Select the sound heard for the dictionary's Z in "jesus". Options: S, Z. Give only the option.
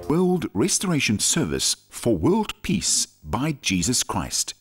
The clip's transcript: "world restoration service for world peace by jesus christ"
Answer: Z